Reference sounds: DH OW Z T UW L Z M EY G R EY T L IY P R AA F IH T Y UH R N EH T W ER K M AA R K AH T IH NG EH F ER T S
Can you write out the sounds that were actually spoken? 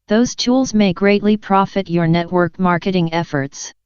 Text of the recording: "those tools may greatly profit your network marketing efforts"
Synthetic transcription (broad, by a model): DH OW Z T UW L Z M EY G R EY T L IY P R AA F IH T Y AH R N EH T W ER K M AA R K AH T IH NG EH F ER T S